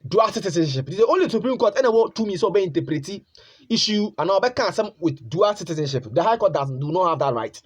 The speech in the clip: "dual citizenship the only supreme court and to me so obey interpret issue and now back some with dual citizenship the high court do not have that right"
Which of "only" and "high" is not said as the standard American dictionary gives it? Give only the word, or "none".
none